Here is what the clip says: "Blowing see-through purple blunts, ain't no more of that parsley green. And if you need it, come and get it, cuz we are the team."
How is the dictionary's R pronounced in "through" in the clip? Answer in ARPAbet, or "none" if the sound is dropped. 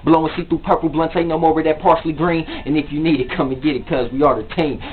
none